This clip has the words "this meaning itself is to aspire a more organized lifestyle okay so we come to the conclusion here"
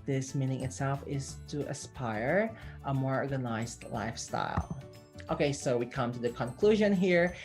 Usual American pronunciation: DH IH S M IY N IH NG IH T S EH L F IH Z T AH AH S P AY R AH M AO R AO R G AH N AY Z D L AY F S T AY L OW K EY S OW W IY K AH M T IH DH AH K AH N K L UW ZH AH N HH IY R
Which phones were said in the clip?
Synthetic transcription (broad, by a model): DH IH S M IY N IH NG IH T S EH L F IH Z T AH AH S P AY R AH M AO R AO R G AH N AY Z D L AY F S T AY L OW K EY S OW W IY K AH M T IH DH AH K AH N K L UW ZH AH N HH IY R